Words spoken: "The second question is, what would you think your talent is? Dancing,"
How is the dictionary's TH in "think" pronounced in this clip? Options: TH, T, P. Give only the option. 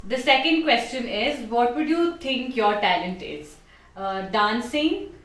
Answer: T